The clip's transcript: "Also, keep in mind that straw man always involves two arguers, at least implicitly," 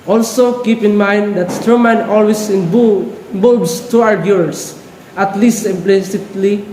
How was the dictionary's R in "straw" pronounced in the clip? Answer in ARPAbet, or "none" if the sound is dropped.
none